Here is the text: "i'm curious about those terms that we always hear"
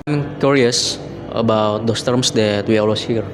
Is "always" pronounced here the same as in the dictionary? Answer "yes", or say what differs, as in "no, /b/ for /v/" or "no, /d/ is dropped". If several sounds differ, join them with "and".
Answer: no, /s/ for /z/